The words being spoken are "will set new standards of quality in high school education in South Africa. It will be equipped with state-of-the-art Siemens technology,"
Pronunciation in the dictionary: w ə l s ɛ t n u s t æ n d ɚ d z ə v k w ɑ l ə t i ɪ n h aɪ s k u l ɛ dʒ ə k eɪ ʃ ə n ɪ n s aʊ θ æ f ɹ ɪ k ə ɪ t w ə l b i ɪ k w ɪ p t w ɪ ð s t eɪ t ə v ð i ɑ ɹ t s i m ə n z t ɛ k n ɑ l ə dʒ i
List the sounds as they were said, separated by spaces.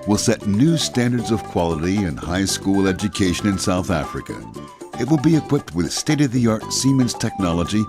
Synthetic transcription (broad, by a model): w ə l s ɛ t n u s t æ n d ɚ d z ə v k w ɑ l ə t i ɪ n h aɪ s k u l ɛ dʒ ə k eɪ ʃ ə n ɪ n s aʊ θ æ f ɹ ɪ k ə ɪ t w ə l b i ɪ k w ɪ p t w ɪ ð s t eɪ t ə v ð i ɑ ɹ t s i m ə n z t ɛ k n ɑ l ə dʒ i